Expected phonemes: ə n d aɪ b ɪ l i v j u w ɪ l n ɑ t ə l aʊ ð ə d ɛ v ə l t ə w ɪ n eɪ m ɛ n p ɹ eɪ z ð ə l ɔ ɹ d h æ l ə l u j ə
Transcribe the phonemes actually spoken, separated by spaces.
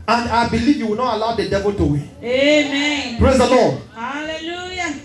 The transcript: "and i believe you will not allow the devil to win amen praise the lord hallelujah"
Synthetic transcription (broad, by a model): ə n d aɪ b ɪ l i v j u w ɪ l n ɑ t ə l aʊ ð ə d ɛ v ə l t ə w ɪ eɪ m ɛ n p ɹ eɪ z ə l ɔ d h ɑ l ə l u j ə